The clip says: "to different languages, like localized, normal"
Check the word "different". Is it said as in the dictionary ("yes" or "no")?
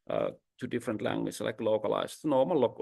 yes